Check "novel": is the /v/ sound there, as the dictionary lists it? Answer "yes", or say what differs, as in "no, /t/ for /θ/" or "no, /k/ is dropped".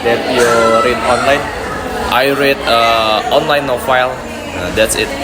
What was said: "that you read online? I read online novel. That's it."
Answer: no, /f/ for /v/